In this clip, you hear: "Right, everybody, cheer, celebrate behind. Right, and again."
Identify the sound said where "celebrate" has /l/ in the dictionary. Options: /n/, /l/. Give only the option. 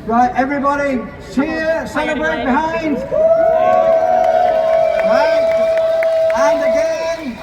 /n/